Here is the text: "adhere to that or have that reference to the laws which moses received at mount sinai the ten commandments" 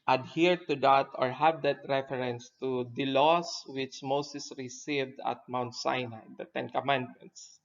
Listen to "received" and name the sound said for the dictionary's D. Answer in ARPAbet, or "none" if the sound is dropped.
D